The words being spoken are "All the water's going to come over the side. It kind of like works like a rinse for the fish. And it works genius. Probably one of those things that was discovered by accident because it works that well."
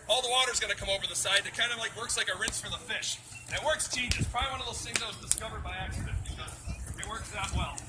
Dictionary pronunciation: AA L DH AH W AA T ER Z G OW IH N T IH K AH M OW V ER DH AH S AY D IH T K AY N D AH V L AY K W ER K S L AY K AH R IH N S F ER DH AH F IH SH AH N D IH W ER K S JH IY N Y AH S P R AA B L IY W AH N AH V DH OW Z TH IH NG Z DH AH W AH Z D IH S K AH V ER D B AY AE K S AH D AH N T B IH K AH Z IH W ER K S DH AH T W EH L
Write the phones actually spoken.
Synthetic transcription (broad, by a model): AA L DH AH W AA T ER Z G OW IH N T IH K AH M OW V ER DH AH S AY D IH T K AY N D AH V L AY K W ER K S L AY K AH R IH N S F ER DH AH F IH SH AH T W ER K S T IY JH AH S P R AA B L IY W AH N AH V DH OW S IH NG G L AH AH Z D IH S K AH V ER D B AY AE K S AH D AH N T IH AH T W ER K S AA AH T W EH L